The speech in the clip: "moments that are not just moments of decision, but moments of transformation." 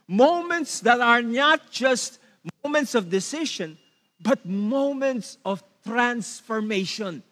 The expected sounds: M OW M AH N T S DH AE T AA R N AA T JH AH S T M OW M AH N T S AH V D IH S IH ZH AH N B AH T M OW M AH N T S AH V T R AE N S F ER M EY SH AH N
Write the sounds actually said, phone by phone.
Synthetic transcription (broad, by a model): M OW M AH N T S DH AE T AA R N AA T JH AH S T M OW M AH N T S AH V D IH S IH SH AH N B AH T M OW M AH N T S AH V T R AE N S F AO M EY SH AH N